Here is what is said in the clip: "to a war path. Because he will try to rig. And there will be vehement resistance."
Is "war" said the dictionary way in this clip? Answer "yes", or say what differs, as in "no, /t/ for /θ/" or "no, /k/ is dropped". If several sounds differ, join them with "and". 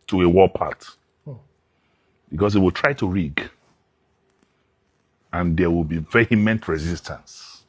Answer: no, /l/ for /ɹ/